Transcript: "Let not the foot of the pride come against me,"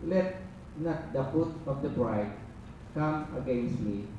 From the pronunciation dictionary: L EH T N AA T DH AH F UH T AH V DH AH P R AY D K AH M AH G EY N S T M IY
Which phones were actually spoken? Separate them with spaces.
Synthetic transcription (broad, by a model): L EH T N AA T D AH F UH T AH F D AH B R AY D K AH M AH G EY N S T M IY